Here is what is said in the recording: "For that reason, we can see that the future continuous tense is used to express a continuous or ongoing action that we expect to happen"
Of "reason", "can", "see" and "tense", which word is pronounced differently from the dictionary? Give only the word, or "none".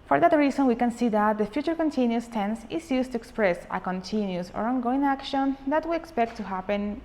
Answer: reason